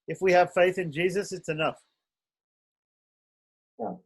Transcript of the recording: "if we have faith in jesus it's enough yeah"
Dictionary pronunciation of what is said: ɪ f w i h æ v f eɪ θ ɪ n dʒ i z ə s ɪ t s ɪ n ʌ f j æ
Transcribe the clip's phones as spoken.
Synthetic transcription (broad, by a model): ɪ f w i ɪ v f eɪ θ ɪ n dʒ i z ə s ɪ t s ɪ n ʌ f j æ